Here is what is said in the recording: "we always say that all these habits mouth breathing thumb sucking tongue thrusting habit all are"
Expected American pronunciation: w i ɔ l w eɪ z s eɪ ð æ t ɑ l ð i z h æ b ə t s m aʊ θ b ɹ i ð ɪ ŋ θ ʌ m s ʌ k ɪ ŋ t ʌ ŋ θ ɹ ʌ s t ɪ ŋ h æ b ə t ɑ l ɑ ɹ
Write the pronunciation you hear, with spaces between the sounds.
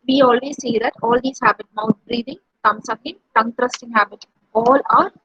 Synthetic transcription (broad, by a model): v i ɔ l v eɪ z s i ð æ t ɑ l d i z h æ b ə t m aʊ t b ɹ i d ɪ ŋ t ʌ m s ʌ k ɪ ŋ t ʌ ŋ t ɹ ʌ s t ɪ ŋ h æ b ə t ɑ l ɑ ɹ